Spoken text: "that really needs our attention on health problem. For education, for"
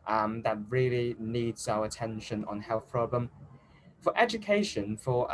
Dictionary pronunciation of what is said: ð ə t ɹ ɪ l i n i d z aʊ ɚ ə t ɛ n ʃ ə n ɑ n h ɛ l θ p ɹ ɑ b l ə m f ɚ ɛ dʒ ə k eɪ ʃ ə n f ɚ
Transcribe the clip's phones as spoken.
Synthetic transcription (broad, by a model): ð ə t ɹ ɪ l i n i d z aʊ ɚ ə t ɛ n ʃ ə n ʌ n h ɛ l θ p ɹ ɑ b l ə m f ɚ ɛ dʒ ə k eɪ ʃ ə n f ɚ